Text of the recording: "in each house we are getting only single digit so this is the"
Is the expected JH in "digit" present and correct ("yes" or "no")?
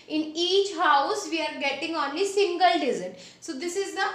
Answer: no